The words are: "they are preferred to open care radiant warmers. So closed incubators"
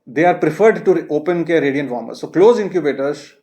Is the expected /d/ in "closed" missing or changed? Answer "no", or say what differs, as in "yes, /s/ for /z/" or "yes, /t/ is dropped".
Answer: yes, /d/ is dropped